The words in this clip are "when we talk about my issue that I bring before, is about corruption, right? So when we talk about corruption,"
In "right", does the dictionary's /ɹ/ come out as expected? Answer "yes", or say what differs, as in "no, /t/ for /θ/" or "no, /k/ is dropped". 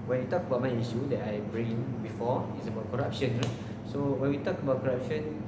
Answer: no, /l/ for /ɹ/